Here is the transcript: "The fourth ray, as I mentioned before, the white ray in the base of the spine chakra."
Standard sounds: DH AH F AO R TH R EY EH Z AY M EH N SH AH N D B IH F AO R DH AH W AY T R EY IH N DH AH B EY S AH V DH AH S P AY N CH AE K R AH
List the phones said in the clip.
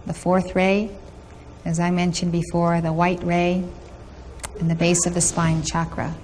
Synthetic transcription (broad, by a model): DH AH F AO R TH R EY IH Z AY M EH N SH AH N B IH F AO R DH AH W AY T R EY IH N DH AH B EY S AH V DH AH S P AY N CH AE K R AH